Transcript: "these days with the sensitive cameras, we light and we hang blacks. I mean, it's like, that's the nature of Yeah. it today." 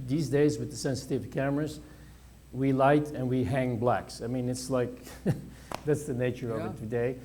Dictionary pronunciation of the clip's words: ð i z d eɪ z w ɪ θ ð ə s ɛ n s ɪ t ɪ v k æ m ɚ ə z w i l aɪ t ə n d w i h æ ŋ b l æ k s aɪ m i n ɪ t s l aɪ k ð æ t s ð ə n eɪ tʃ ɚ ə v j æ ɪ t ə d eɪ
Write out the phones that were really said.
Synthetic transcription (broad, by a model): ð i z d eɪ z w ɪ ð ə s ɛ n s ɪ t ɪ v k æ m ɚ ə z w i l aɪ t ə n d w i h æ ŋ b l æ k s aɪ m i n ɪ t s l aɪ k ð æ t s ð ə n eɪ tʃ ɚ ə v ɪ t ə d eɪ